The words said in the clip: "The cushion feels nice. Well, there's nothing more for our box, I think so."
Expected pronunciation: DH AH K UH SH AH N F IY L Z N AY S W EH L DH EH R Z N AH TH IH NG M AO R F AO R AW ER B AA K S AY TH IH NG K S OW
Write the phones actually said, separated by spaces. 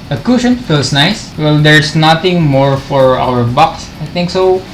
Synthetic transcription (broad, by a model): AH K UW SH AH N F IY L S N AY S W EH L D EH R S N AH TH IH NG M AO R F AO R AW ER B AA K S AY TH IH NG K S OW